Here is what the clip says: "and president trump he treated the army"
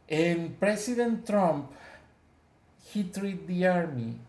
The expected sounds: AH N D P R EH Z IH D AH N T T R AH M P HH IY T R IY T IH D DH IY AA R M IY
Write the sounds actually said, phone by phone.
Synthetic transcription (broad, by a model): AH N P R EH S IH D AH N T T R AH M P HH IY T R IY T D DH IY AA R M IY